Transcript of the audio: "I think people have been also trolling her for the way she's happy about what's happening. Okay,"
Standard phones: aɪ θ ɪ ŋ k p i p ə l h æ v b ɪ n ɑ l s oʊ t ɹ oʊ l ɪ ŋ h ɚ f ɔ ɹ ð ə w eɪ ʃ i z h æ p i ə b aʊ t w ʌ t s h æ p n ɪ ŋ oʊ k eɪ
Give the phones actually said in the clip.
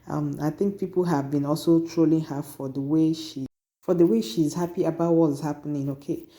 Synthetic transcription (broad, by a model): aɪ θ ɪ ŋ k p i p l h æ v b ɪ n ɑ l s oʊ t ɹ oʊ l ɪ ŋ h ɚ f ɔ w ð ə w eɪ ʃ i z h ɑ p i ə b aʊ t w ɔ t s h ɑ p n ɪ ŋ oʊ k eɪ